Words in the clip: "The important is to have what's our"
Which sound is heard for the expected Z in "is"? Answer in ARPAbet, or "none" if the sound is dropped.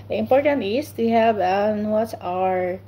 S